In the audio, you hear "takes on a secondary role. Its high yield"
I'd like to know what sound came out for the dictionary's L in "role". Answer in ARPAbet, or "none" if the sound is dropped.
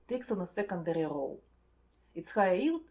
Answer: W